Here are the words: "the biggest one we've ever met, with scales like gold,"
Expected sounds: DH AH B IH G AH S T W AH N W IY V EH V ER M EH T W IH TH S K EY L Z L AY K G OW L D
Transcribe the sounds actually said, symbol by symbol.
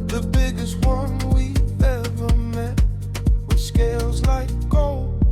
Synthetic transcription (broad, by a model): DH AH B IH G AH S T W AH N W IY EH V ER M EH T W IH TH S K EY L Z L AY K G OW L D